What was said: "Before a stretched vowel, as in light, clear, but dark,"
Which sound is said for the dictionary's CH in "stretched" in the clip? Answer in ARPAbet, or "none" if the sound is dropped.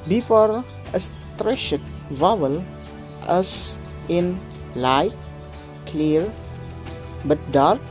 SH